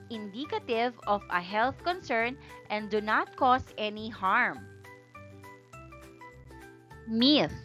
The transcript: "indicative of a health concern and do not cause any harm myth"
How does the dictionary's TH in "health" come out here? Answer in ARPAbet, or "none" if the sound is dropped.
TH